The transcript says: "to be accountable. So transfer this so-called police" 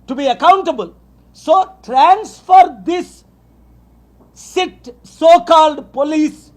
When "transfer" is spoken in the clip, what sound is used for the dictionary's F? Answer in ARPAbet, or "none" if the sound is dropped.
F